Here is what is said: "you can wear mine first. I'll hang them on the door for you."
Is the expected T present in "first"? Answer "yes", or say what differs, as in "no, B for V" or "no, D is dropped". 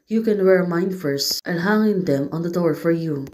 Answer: yes